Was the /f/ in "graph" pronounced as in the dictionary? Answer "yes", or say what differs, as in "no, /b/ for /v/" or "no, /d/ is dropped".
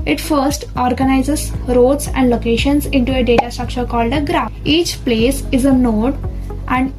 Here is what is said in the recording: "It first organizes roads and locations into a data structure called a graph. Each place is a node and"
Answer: no, /f/ is dropped